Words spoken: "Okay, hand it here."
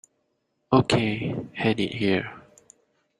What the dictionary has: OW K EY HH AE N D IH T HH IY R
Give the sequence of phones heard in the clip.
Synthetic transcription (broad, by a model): OW K EY HH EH D IH T HH IY R